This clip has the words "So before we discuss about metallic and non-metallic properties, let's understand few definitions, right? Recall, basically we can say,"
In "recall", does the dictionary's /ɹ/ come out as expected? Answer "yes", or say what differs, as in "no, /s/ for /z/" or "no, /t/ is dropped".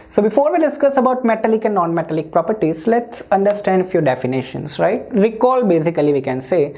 yes